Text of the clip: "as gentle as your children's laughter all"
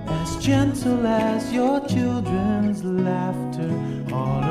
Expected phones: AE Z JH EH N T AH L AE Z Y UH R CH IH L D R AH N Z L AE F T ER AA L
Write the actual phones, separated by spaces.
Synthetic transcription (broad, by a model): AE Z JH EH N T L AE Z Y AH R CH IH L D R AH N Z L AE F T ER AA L